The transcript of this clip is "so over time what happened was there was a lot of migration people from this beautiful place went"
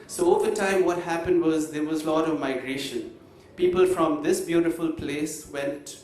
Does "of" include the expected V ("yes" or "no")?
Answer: yes